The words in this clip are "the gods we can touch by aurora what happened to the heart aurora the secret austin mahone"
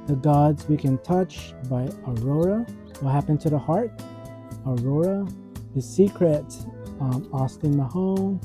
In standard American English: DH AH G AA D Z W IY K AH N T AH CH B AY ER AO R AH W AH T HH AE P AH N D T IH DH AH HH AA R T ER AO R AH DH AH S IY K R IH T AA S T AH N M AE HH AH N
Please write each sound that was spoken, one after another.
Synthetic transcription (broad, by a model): DH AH G AA D Z W IY K AH N T AH CH B AY ER AO R AH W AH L HH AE P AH N T IH DH AH HH AA R T ER AO R AH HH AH S IY K R IH T AA S T AH N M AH HH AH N